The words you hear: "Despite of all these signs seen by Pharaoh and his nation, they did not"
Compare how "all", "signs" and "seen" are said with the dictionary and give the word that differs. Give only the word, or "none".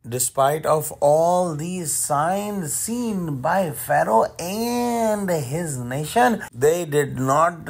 none